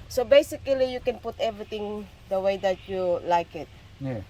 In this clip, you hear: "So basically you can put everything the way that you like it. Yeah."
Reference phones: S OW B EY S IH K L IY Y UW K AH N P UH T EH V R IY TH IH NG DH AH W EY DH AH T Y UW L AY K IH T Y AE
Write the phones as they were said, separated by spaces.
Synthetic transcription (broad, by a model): S OW B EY S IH K L IY Y UW K AH N P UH T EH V R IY T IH NG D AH W EY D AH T Y UW L AY K IH T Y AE